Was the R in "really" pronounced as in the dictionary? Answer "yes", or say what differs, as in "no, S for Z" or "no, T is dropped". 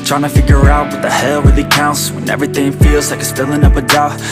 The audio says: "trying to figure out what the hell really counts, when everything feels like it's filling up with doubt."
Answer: no, W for R